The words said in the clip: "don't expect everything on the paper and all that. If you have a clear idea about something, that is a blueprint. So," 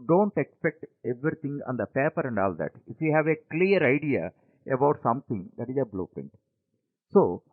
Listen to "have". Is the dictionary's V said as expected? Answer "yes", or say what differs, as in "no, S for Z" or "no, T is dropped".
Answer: yes